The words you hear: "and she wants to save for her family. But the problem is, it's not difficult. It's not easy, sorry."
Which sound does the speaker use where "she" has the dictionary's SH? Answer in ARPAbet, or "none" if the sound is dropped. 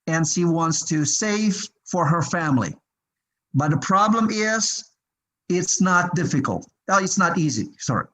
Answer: SH